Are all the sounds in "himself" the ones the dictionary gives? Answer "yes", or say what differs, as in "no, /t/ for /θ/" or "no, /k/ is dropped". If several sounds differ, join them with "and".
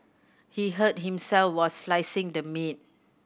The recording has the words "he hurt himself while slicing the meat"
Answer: yes